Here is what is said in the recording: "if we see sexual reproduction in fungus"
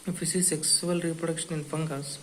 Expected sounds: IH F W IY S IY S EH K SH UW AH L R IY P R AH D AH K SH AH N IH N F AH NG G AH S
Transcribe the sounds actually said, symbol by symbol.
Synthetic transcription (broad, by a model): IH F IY S IY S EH K S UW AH L R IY P R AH D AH K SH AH N IH N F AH NG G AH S